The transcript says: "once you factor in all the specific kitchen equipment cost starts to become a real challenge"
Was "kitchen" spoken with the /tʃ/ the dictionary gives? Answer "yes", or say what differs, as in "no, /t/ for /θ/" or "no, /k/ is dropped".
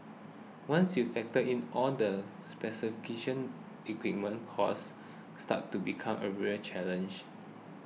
no, /ʃ/ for /tʃ/